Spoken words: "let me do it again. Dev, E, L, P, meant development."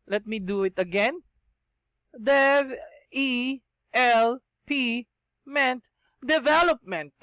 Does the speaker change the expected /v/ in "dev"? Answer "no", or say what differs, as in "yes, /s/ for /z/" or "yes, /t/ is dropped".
yes, /v/ is dropped